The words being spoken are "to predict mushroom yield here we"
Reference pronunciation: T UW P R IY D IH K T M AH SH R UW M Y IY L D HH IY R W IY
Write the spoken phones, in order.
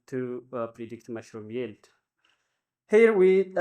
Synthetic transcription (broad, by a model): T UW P R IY D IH K T M AH SH R UW M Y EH L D HH IY R W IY